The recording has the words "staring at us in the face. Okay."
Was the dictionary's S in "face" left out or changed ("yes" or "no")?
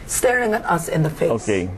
yes